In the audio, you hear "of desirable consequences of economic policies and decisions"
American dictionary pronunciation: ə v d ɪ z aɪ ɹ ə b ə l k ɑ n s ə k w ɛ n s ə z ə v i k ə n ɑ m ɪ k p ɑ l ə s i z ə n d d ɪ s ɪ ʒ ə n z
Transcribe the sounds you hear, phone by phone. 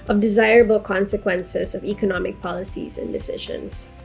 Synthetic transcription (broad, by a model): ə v d ɪ z aɪ ɹ ə b ə l k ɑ n s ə k w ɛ n s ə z ə v i k ə n ɑ m ɪ k p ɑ l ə s i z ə n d d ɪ s ɪ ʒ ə n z